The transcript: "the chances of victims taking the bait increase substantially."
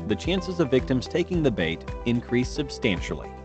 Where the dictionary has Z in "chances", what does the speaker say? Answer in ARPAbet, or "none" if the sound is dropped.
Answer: Z